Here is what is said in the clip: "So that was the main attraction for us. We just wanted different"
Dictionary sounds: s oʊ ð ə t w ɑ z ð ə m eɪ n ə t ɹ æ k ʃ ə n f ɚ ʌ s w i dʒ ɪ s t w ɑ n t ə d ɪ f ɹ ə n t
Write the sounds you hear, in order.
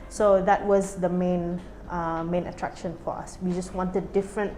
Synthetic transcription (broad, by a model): s oʊ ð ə t w ɑ z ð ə m eɪ n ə t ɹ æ k ʃ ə n f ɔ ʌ s w i dʒ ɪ s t w ɑ n t ə d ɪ f ɹ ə n t